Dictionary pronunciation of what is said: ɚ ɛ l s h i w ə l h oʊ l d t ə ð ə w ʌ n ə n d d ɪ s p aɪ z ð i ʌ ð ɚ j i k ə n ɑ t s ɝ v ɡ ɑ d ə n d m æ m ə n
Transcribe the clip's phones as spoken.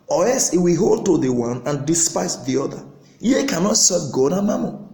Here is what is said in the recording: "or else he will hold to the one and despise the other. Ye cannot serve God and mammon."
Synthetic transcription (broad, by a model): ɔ ɛ l s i w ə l h oʊ l d t ə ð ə w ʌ n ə n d d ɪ s p aɪ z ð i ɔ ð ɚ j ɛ k ə n ɑ t s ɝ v ɡ ɑ d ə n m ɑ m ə